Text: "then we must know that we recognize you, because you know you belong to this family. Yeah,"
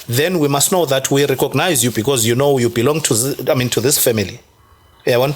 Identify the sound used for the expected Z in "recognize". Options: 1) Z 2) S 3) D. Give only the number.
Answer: 1